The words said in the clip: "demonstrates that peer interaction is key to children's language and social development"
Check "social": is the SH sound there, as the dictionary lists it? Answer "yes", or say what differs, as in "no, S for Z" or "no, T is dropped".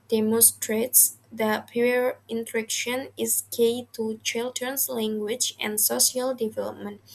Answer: no, SH is dropped